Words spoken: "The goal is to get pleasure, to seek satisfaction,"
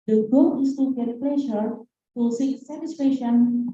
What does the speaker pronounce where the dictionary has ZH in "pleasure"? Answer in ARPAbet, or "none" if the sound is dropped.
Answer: SH